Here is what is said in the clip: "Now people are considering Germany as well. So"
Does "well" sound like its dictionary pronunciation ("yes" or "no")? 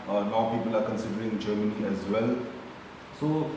yes